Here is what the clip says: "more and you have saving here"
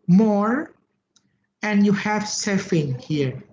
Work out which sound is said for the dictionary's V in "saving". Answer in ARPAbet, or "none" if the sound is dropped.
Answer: F